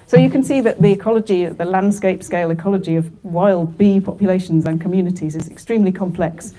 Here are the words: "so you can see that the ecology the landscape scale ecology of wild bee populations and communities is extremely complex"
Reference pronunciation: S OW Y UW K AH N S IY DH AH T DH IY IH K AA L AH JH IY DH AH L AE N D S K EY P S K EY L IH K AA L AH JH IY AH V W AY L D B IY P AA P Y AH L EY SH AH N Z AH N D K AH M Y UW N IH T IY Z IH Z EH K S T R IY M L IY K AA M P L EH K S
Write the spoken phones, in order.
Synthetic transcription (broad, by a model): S OW Y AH K AH N S IY DH AH T DH IY IH K AA L AH JH IY DH AH L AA N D S K EY P S K EY L IH K AA L AH JH IY AH V W AY L D B IY P AA P Y AH L EY SH AH N Z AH N K AH M Y UW N IH T IY Z IH Z EH K S T R IY M L IY K AA M P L EH K S